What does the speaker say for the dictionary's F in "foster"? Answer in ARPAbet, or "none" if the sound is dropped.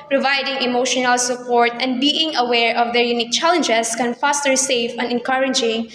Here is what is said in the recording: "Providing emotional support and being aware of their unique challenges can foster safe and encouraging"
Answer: F